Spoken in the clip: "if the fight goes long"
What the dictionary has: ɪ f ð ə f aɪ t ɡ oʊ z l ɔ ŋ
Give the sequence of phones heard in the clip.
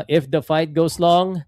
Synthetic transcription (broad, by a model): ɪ f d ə f aɪ t ɡ oʊ s l ɔ ŋ